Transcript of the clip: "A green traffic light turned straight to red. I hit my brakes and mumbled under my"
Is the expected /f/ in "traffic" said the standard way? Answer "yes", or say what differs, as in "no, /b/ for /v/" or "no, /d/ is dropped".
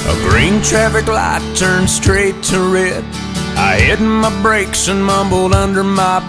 yes